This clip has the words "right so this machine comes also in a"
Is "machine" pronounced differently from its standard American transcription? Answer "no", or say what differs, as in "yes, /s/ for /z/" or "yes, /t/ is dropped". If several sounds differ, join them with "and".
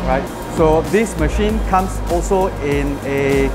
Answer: no